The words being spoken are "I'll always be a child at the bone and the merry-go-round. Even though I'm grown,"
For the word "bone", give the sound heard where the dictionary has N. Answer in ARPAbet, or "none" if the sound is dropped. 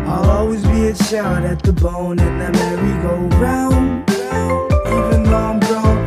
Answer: N